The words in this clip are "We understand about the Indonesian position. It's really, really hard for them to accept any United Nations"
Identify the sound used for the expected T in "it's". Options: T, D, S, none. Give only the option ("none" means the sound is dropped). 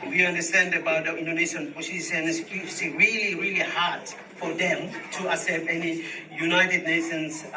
S